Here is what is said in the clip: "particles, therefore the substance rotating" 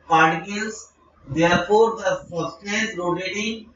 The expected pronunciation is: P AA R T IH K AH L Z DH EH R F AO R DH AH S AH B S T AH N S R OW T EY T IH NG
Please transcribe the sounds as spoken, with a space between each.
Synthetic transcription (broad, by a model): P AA R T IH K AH L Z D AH R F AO R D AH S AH S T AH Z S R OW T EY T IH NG